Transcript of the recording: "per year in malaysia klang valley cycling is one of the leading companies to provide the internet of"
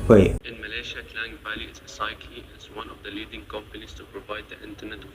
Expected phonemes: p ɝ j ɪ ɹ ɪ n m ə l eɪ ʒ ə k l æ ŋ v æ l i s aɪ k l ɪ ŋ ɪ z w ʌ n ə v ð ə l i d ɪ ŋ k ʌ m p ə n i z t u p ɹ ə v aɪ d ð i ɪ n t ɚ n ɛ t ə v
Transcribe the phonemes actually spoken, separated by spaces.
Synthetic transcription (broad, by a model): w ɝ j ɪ ɪ n m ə l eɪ ʃ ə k l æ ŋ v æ l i s aɪ k ɪ ɪ z w ʌ n ə v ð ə l i d ɪ ŋ k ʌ m p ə n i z t u p ɹ ə v aɪ d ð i ɪ n t ɚ n ɛ t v